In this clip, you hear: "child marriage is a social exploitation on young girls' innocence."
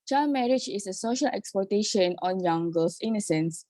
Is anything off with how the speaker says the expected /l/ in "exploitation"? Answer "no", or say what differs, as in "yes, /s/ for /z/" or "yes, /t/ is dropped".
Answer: yes, /l/ is dropped